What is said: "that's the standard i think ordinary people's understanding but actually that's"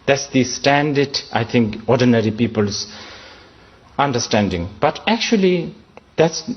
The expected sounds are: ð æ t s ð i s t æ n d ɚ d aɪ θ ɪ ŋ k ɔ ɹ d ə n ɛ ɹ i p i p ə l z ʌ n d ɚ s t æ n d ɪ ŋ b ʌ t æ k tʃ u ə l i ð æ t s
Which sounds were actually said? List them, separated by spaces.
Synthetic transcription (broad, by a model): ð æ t s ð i s t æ n d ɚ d aɪ t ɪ ŋ k ɔ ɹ d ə n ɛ ɹ i p i p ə l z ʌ n d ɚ s t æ n d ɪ ŋ b ʌ t æ k tʃ u ə l i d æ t s